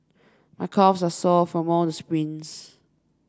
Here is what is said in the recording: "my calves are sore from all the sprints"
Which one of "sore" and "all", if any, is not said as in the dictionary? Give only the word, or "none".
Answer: sore